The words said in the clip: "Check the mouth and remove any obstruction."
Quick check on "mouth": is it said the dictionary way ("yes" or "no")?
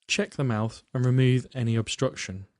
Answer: yes